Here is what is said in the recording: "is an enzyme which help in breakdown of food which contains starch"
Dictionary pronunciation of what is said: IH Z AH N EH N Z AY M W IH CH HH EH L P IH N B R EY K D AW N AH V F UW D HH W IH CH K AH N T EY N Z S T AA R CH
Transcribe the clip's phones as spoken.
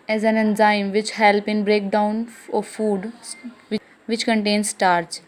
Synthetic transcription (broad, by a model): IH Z AH N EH N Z AY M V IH CH HH EH L P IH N B R EY K D AW N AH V F UW D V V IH CH K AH N T EY N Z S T AA R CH